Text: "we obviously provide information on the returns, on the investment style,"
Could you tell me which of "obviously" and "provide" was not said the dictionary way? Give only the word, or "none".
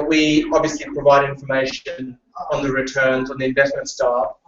none